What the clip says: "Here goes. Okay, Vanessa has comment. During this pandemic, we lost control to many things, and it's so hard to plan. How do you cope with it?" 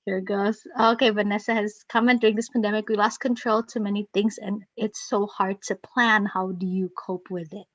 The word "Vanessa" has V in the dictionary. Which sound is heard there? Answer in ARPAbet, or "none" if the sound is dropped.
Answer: V